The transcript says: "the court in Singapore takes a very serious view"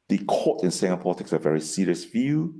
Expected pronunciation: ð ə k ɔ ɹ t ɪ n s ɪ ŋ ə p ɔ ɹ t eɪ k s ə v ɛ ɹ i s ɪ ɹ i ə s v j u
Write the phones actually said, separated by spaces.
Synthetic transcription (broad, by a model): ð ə k ɔ t ɪ n s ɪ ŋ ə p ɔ l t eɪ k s ə v ɛ ɹ i s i ɹ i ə s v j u